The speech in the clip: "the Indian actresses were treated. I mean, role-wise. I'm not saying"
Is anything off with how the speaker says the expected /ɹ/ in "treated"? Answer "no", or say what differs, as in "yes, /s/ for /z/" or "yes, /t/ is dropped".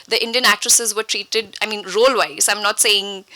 no